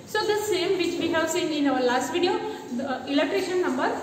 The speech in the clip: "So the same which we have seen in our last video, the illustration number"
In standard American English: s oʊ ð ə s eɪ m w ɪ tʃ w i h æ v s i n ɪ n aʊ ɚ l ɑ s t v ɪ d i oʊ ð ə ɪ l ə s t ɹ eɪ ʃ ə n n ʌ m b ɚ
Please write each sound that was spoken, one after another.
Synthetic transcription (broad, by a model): s oʊ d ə s eɪ m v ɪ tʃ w i h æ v s i n ɪ n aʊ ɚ l ɑ s t v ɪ d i oʊ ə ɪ l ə t ɹ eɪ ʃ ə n n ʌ m b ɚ